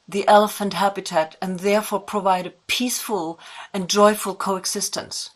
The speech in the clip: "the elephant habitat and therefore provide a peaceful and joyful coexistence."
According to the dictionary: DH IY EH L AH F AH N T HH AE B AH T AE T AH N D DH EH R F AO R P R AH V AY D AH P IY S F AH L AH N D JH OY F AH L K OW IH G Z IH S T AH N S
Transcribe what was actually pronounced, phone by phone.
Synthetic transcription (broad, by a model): DH IY EH L AH F AH N T HH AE B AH T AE T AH N DH EH R F AO R P R AH V AY D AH P IY S F AH L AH N JH OY F AH L K OW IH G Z IH S T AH N S